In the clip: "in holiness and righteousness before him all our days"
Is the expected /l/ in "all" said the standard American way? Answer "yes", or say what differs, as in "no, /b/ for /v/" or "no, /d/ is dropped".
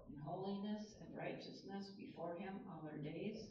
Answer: no, /n/ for /l/